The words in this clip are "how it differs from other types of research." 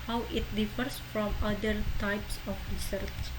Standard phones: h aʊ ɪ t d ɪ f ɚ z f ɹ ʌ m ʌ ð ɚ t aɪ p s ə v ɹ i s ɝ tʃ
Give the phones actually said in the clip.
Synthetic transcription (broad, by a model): h aʊ ɪ t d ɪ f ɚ s f ɹ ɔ m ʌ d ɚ t aɪ p s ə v ɹ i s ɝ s